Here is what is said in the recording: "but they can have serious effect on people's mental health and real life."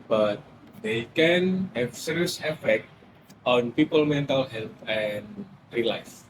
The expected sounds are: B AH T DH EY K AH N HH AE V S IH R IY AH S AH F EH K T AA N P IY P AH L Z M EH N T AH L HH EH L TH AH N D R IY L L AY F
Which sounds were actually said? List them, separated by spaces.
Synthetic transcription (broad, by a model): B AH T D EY K AH N HH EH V S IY R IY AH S AH F EH K T AA N P IY P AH L M EH N T AH L HH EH L T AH N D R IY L L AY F